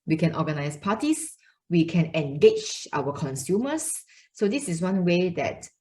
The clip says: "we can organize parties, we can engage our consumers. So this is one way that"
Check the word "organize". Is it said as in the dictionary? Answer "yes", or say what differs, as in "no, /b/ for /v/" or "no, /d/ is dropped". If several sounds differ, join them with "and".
no, /s/ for /z/